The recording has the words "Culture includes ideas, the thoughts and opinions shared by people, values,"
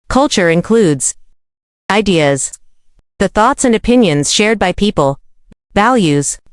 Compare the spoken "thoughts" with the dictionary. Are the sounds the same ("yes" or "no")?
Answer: yes